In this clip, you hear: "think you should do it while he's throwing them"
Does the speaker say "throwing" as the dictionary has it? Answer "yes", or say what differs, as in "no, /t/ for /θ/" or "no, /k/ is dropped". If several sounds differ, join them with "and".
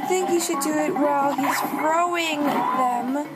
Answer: no, /f/ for /θ/